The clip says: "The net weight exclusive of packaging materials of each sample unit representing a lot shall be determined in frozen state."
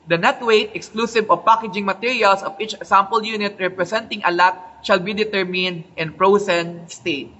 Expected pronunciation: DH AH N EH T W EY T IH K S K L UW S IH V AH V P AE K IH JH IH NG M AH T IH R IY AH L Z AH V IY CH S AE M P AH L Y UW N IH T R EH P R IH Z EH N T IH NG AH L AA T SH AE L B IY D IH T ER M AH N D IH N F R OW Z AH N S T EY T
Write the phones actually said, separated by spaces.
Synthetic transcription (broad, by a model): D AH N EH T W EY T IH K S K L UW S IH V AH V P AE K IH JH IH NG M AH T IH R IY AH L S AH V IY CH S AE M P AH L Y UW N IH T R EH P R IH S EH N T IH NG AH L AA T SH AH L B IY D IH T ER M AH N D IH N P R OW S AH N S T EY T